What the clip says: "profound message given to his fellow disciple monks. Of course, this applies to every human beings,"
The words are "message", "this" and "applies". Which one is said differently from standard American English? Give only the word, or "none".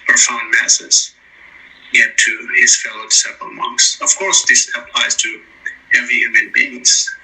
message